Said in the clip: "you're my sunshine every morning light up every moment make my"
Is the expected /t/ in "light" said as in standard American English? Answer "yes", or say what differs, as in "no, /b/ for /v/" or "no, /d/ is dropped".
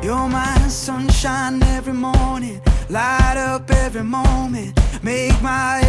yes